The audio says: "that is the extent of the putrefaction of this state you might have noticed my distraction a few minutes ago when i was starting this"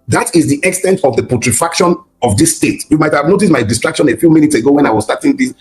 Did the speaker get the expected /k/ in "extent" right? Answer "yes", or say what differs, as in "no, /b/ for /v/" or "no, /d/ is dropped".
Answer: yes